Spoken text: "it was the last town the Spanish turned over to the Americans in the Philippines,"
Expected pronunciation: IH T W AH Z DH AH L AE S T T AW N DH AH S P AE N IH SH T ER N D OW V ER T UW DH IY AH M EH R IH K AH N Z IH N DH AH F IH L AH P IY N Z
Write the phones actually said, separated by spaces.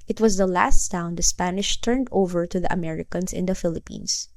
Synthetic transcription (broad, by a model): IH T W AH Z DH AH L AE S T S AW N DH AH S P AE N IH SH T ER N D OW V ER T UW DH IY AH M EH R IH K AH N S IH N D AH F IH L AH P IY N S